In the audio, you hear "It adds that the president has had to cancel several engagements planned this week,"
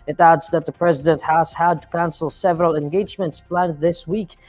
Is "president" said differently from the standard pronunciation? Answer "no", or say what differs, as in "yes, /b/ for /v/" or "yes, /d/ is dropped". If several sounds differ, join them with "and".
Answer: no